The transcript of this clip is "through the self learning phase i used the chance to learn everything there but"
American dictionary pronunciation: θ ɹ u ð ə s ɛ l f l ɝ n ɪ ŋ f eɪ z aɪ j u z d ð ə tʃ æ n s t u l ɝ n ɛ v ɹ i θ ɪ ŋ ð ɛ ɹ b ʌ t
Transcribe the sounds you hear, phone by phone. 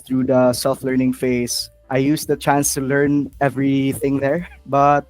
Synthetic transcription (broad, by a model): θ ɹ u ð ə s ɛ l f l ɝ n ɪ ŋ f eɪ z aɪ j u s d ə tʃ æ n s t u l ɝ n ɛ v ɹ i θ ɪ ŋ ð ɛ ɹ b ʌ t